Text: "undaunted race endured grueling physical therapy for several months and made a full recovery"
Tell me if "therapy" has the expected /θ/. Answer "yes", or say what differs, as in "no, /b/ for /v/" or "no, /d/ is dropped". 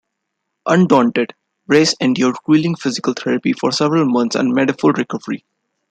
no, /t/ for /θ/